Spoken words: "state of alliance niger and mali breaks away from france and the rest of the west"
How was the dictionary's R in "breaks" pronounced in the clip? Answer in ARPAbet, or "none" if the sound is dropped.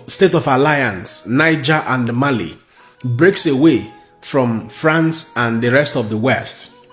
R